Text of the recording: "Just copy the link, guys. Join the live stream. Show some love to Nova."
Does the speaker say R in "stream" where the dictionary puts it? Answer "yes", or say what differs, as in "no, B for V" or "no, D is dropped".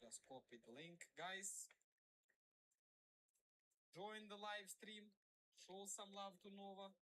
yes